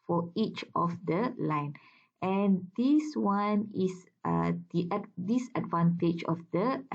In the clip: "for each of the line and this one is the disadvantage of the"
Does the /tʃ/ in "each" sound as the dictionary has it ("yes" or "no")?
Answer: yes